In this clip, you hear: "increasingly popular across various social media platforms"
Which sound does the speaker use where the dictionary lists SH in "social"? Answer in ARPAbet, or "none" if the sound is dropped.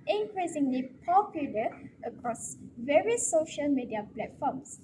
SH